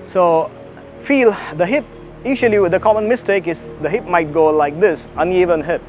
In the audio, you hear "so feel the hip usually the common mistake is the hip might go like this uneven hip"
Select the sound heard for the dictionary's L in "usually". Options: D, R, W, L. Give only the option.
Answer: W